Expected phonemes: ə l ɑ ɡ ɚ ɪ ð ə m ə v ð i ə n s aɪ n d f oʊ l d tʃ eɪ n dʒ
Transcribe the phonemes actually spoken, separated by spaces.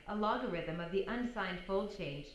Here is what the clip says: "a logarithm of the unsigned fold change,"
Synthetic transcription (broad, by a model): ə l ɑ ɡ ɚ ɪ ð ə m ə v ð i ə n s aɪ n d f oʊ l d tʃ eɪ n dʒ